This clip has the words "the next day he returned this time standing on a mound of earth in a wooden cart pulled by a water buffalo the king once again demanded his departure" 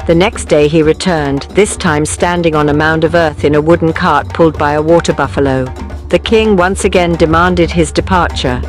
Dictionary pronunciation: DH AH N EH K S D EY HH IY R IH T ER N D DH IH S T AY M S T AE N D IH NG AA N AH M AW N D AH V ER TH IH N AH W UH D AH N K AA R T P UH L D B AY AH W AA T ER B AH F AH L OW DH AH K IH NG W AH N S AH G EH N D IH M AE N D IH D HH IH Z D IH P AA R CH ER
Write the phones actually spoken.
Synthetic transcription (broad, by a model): DH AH N EH K S D EY IY R IH T ER N DH IH S T AY M S T AE N D IH NG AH N AH M AW N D AH V ER TH IH N AH W UH D N K AA R T P UH L D B AY AH W AA T ER B AH F AH L OW DH AH K IH NG W AH N S AH G EH N D IH M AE N D IH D IH Z D IH P AA R CH ER